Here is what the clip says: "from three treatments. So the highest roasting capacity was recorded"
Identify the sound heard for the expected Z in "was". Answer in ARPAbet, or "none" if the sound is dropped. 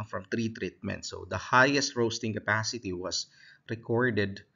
S